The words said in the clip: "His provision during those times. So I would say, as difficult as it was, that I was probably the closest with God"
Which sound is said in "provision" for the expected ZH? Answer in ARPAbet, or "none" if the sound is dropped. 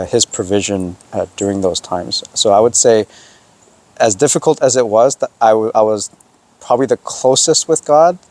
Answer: ZH